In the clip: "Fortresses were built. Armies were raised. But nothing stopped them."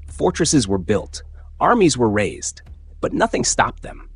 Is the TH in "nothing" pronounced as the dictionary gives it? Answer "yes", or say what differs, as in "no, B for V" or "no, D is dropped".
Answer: yes